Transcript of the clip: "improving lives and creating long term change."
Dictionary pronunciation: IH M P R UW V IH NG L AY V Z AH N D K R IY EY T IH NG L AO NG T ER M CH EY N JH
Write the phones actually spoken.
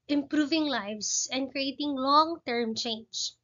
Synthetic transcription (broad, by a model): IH M P R UW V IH NG L AY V S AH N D K R IY EY T IH NG L AO NG T ER M CH EY N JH